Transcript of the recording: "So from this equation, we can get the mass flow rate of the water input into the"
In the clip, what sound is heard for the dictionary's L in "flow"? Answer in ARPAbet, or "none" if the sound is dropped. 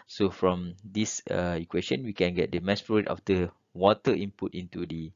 none